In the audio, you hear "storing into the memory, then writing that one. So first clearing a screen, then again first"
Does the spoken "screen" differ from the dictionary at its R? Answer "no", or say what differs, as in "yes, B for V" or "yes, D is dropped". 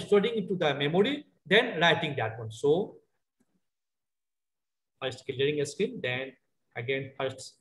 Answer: yes, R is dropped